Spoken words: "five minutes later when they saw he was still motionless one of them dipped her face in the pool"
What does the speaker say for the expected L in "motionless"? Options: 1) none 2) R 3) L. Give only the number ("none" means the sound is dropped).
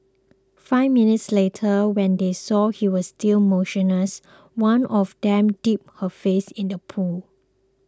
1